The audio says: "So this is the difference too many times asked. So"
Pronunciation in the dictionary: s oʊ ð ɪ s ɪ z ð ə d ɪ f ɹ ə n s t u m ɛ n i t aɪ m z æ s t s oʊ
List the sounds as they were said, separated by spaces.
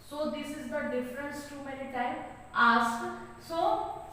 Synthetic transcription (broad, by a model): s oʊ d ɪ s ɪ z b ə d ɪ f ɹ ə n s t u m ɛ n i t aɪ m ɑ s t s oʊ